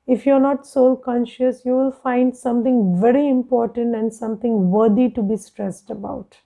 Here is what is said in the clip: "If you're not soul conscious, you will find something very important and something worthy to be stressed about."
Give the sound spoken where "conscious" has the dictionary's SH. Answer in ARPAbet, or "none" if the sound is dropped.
SH